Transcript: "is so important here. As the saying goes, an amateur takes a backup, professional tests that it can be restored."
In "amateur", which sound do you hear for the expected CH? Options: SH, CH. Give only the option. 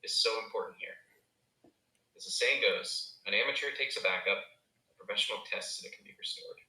CH